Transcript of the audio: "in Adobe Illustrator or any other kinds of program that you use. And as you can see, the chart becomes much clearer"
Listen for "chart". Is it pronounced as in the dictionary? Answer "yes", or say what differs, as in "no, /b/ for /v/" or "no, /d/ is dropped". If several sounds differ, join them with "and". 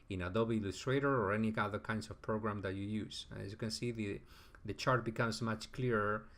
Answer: yes